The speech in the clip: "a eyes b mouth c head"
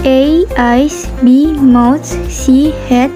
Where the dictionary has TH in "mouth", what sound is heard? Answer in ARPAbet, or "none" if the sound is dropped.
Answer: T